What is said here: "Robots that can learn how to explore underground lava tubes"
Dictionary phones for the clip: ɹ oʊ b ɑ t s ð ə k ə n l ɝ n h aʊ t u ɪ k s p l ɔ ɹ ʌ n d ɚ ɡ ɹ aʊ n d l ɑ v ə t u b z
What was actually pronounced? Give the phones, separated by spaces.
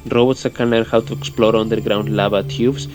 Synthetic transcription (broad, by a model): ɹ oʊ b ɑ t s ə k ə n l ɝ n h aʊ t u ɪ k s p l ɔ ɹ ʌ n d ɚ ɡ ɹ aʊ n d l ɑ b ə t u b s